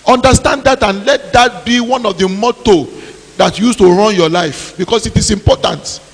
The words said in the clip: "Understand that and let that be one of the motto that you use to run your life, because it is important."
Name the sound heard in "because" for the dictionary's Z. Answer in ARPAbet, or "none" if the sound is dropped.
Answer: S